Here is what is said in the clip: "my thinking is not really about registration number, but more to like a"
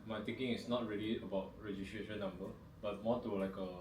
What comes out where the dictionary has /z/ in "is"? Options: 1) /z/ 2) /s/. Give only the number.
2